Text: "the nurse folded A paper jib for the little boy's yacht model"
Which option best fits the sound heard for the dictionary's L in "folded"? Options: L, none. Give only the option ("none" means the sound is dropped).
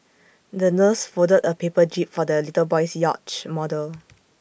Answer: none